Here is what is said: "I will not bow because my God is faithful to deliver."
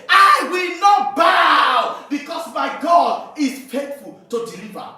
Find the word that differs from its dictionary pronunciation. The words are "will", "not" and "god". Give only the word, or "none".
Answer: none